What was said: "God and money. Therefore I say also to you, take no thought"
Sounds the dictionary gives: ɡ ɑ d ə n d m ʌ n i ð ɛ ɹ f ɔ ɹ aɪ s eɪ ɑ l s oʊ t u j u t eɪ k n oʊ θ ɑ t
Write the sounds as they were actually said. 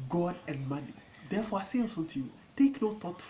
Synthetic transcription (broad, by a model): ɡ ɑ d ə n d m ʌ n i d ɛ f ɔ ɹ aɪ s eɪ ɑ s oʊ t u j u t eɪ k n oʊ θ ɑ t